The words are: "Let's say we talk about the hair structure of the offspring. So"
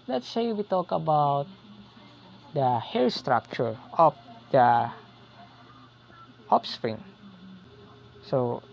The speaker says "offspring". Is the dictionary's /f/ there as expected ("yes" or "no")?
no